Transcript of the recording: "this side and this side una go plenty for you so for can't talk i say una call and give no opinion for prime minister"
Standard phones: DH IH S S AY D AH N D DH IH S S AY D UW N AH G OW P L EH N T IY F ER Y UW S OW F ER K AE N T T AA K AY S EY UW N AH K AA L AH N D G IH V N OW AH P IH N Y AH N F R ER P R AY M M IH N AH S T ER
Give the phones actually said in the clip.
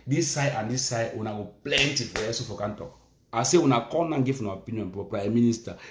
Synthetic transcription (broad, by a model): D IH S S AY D AH N D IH S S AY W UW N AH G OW P L EH N T IY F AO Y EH S OW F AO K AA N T T AA K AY S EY UW N AH K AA N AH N G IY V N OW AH P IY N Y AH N P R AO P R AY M M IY N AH S T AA